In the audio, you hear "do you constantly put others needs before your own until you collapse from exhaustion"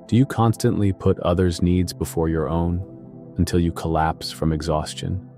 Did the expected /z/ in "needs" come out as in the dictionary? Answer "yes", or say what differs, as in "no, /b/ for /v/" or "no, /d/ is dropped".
yes